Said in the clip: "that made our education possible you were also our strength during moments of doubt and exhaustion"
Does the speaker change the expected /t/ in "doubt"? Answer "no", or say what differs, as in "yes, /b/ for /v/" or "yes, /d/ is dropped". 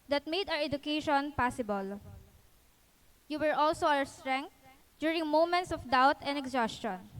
no